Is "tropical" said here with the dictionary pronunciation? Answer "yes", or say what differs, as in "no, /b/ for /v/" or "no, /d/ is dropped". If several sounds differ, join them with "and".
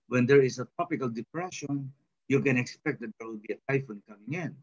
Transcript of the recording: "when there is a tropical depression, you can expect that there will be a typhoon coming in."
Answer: no, /ɹ/ is dropped